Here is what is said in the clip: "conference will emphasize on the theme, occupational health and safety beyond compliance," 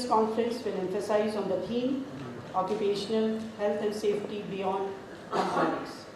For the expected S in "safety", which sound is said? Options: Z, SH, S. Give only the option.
S